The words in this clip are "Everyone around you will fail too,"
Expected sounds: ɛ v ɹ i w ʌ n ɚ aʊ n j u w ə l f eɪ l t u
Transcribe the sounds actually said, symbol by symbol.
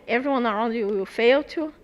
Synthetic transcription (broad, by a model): ɛ v ɹ i w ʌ n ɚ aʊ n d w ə w f eɪ l t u